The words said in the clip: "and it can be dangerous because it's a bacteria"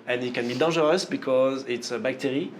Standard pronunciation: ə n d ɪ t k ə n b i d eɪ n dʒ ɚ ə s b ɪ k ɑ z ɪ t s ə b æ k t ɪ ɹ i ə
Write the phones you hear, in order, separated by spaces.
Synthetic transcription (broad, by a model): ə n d ɪ t k ə n b i d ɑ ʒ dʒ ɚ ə s b ɪ k ɑ z ɪ t s ə b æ k t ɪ ɹ i